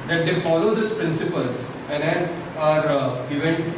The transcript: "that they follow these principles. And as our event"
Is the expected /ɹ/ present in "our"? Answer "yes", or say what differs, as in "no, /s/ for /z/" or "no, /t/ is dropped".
yes